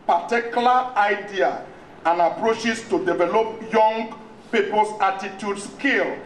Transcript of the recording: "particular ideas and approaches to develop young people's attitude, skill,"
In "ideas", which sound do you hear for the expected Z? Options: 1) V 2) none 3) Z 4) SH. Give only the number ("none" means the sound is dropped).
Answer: 2